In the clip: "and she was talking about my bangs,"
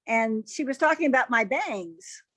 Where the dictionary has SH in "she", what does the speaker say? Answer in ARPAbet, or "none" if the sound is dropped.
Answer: SH